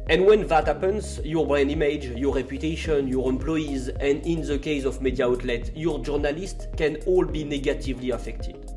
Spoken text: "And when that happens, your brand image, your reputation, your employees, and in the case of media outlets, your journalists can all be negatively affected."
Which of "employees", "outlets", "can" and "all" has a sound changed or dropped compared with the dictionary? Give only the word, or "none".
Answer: outlets